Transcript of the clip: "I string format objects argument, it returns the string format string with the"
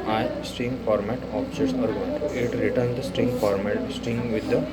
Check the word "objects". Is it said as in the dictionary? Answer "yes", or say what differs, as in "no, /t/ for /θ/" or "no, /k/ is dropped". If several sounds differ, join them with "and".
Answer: no, /k/ is dropped